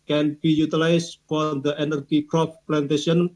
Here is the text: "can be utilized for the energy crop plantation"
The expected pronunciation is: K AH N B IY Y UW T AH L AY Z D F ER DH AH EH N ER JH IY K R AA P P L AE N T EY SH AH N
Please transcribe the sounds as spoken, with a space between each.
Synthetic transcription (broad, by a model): K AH N B IY Y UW T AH L AY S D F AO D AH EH N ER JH IY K R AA F P L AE N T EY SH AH N